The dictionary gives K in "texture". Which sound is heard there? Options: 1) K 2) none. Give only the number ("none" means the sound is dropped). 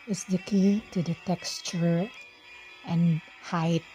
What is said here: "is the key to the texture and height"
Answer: 1